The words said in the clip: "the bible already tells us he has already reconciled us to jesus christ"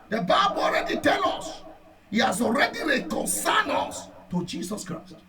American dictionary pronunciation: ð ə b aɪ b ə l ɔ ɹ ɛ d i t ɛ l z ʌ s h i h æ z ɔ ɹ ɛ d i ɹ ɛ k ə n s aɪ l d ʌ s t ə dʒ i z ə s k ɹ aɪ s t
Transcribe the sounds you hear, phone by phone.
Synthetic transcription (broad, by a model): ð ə b aɪ b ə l ɔ ɹ ɛ d i t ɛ l ɔ s h i h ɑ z ɔ ɹ ɛ d i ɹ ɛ k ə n s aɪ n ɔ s t ə dʒ i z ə s k ɹ aɪ s t